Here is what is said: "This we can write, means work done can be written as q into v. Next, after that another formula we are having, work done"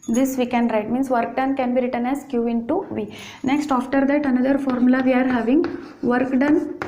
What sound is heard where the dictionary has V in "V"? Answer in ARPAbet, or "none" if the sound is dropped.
V